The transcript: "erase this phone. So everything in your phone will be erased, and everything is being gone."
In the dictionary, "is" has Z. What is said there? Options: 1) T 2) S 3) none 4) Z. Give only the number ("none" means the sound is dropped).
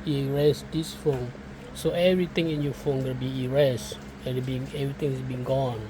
2